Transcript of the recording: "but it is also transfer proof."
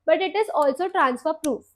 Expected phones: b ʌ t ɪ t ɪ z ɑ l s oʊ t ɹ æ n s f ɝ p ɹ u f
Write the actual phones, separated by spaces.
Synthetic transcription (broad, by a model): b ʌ t ɪ t ɪ z ɑ l s oʊ t ɹ æ n s f ɝ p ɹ u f